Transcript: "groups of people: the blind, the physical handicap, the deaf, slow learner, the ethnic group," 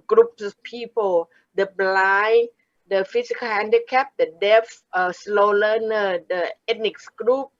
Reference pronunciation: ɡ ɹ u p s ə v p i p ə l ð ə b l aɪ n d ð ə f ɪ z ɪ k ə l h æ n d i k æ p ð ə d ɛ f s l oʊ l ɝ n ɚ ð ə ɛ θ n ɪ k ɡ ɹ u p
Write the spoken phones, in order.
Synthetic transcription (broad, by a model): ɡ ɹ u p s p i p ə l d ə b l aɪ d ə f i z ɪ k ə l h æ n d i k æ p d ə d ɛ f s l oʊ l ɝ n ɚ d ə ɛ t n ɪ k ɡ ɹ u p